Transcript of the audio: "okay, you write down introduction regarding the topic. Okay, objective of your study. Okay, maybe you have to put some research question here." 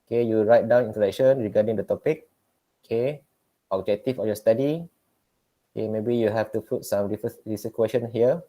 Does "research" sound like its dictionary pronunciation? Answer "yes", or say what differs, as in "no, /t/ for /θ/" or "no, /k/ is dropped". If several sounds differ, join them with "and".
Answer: no, /s/ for /tʃ/